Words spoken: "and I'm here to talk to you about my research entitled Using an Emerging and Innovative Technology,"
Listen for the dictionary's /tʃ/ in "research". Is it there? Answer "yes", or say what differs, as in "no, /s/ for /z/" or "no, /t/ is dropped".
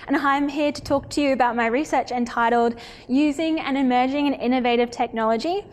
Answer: yes